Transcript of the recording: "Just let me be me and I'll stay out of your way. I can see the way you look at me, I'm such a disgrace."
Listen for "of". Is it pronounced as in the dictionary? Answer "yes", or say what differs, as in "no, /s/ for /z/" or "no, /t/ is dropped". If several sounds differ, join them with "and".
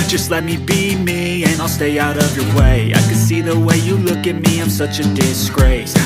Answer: yes